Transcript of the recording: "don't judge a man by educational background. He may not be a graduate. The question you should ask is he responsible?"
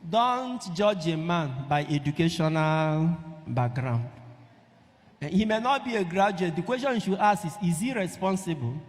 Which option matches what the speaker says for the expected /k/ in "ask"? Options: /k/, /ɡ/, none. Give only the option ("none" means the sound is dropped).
none